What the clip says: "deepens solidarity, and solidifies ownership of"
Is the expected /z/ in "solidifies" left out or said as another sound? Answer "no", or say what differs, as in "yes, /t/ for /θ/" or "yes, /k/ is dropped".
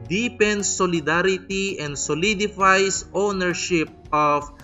yes, /s/ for /z/